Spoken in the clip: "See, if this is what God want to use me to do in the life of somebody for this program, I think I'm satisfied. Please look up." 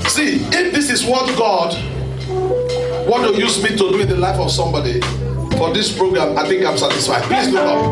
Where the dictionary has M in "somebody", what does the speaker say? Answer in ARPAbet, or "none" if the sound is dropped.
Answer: M